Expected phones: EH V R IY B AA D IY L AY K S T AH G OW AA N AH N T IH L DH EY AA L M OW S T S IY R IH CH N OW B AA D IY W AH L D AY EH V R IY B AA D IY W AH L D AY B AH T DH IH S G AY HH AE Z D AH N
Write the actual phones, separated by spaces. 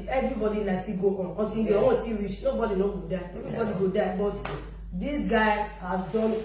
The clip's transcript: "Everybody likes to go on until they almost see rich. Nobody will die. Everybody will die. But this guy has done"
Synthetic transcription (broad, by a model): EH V R IY B AA D IY N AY S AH G OW AA N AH N T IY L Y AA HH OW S S IY R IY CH N OW B AA D IY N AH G D AY EH V R IY B AA D IY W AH D AY B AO T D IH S G AY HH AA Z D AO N